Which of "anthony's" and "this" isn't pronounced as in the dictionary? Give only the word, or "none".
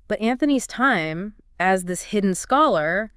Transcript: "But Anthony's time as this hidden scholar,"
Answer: none